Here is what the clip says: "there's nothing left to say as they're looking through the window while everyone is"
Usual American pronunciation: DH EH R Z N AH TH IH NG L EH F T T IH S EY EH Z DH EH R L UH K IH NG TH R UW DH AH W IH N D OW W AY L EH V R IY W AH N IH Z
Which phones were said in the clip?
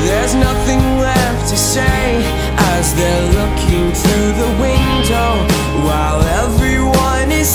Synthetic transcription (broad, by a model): DH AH R Z N AH TH IH NG L EH F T T IH S EY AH Z DH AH R L UH K IH NG TH R UW DH AH W IH N D OW W AY L EH V R IY W AH N IH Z